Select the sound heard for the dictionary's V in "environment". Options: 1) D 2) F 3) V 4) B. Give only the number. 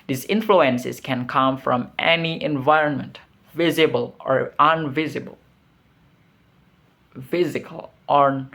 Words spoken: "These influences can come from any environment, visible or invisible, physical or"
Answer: 3